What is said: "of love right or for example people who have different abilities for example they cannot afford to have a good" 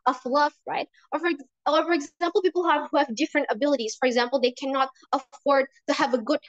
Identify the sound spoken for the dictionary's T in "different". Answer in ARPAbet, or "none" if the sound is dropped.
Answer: T